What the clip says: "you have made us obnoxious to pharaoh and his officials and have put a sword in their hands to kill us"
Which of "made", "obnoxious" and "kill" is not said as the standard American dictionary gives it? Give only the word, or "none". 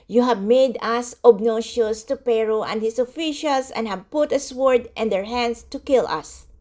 obnoxious